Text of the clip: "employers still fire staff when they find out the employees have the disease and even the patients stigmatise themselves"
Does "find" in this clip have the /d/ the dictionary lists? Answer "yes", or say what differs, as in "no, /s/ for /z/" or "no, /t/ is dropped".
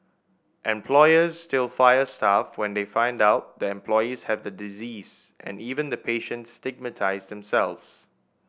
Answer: yes